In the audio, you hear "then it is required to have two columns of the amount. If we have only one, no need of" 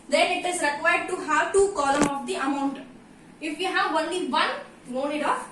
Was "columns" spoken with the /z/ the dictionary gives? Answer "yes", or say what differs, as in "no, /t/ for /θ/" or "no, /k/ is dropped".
no, /z/ is dropped